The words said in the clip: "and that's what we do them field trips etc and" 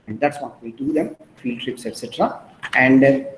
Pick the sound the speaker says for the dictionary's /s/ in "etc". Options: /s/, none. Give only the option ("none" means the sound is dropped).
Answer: /s/